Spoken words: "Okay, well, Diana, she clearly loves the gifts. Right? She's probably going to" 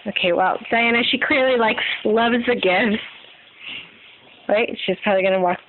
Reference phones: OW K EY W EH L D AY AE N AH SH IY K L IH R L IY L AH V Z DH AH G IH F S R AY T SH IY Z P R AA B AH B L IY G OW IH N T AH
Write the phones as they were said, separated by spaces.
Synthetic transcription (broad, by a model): OW K EY W EH L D AY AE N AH SH IY K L IH R L IY L AH V Z DH AH G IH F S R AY T SH IY Z P R AA B AH B L IY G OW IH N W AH